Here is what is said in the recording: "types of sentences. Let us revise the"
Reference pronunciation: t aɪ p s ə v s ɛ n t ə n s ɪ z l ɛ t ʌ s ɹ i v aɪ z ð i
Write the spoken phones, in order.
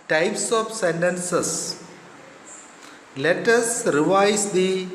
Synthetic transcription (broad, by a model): t aɪ p s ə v s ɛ n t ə n s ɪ s l ɛ t ʌ s ɹ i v aɪ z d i